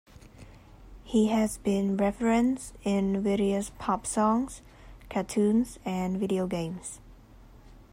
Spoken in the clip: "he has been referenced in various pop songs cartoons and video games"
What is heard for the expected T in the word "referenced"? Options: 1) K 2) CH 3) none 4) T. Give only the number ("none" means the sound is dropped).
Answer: 3